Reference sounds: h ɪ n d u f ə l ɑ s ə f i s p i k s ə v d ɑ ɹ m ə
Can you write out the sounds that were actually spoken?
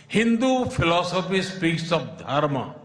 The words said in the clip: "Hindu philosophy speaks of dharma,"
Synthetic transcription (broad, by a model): h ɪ n d u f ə l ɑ s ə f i s p i k s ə b d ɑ ɹ m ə